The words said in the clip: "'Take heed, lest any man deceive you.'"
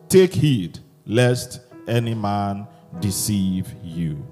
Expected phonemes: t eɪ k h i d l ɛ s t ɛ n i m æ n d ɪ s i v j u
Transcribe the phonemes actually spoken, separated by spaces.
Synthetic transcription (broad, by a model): t eɪ k h i d l ɛ s t ɛ n i m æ n d ɪ s i v j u